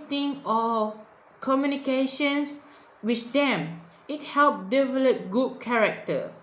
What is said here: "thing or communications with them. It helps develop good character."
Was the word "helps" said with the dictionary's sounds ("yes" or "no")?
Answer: no